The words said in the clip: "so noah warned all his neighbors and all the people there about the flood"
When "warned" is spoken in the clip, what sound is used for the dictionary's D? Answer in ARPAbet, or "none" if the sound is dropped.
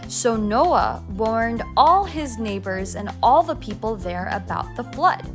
D